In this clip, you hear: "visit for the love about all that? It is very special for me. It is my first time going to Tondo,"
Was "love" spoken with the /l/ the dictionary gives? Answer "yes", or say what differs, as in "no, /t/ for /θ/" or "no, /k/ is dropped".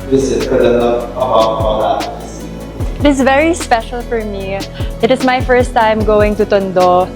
no, /n/ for /l/